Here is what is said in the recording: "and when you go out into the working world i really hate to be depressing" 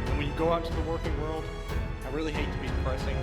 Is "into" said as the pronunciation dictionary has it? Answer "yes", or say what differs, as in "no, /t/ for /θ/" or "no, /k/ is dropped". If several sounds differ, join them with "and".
no, /n/ is dropped